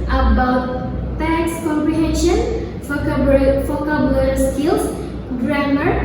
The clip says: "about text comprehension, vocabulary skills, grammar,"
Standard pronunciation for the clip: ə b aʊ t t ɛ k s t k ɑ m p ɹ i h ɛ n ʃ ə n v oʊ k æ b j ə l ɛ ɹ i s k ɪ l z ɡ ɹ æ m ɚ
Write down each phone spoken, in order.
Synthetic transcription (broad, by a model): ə b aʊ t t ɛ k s k ɑ m p ɹ i h ɛ n ʃ ə n f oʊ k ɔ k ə l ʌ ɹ s k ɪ l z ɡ ɹ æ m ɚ